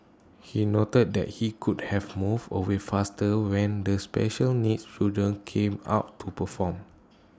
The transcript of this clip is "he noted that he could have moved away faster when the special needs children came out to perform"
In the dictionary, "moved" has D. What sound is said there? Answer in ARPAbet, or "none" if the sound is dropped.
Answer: none